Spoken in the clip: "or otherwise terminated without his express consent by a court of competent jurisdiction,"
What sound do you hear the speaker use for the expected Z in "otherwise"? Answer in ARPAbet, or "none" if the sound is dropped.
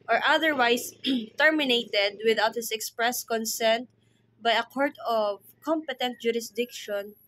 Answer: S